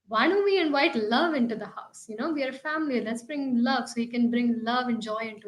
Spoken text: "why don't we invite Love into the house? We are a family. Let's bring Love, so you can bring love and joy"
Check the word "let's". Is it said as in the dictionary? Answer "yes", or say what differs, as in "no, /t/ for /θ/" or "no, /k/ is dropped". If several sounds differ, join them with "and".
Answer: yes